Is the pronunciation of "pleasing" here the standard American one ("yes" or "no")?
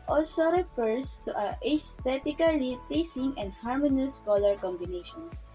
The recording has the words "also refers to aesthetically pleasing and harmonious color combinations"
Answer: no